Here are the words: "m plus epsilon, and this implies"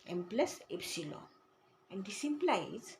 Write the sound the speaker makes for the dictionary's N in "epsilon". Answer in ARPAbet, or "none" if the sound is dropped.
none